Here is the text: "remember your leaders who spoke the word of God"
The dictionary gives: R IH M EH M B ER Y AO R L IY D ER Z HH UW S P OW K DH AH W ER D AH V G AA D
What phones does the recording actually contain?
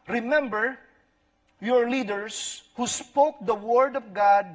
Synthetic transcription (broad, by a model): R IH M EH M B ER Y AO R L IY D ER S HH UW S P OW K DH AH W ER D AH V G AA D